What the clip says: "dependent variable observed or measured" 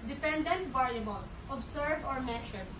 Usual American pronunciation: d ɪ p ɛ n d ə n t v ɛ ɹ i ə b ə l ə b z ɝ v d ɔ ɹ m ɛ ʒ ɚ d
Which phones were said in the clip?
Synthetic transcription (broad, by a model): d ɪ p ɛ n d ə n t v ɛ ɹ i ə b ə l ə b s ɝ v ɔ ɹ m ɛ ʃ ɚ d